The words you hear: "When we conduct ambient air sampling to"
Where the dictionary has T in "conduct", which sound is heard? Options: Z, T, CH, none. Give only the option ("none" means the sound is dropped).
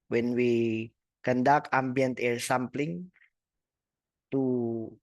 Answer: none